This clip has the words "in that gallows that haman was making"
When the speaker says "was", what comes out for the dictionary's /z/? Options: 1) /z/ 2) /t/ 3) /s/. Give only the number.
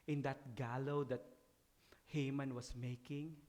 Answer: 3